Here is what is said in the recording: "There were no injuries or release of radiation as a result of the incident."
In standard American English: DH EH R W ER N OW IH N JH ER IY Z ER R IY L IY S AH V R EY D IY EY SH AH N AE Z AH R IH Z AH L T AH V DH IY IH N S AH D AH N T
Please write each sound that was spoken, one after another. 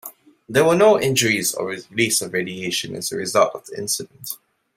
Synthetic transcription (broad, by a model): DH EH W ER N OW IH N JH ER IY Z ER R IY L IY S AH V R EY D IY EY SH AH N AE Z AH R IH Z AH L T AH V DH IY IH N S AH D AH N T